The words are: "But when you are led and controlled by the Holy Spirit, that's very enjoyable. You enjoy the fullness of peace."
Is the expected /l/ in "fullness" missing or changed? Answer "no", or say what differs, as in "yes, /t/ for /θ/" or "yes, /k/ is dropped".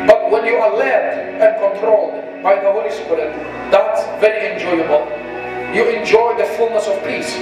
no